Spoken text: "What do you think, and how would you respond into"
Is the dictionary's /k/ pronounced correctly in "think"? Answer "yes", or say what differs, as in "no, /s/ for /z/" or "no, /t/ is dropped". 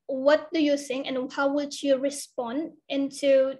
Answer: no, /k/ is dropped